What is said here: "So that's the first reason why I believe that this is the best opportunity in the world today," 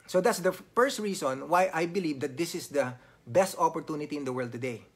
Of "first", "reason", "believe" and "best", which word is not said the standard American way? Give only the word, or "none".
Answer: reason